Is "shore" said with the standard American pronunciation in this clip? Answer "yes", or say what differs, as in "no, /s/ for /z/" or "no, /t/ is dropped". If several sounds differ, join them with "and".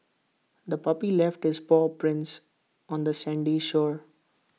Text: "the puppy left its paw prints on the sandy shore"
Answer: yes